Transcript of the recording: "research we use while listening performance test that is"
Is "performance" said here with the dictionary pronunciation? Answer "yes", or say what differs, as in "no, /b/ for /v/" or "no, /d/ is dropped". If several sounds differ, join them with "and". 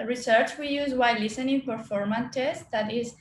no, /s/ is dropped